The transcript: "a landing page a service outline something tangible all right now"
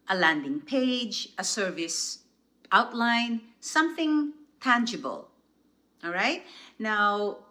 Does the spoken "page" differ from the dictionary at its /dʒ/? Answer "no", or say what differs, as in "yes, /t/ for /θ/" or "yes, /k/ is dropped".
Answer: no